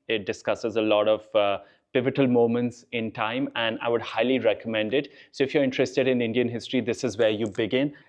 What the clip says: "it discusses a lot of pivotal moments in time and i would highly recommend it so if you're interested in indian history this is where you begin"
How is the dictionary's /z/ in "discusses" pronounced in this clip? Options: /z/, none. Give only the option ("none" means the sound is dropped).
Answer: /z/